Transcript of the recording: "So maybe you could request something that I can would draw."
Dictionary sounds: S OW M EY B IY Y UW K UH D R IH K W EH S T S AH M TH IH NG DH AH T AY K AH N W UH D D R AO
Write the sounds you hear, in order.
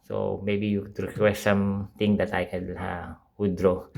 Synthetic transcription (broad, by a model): S OW M EY B IY Y UW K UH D R IH K W EH S T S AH M T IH NG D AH T AY K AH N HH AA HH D R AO